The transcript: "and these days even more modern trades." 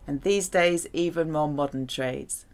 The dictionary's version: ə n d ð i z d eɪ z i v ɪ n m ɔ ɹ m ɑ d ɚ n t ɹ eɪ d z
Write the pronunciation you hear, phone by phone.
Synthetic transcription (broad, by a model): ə n ð i z d eɪ z i v ɪ n m ɔ m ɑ d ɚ n t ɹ eɪ d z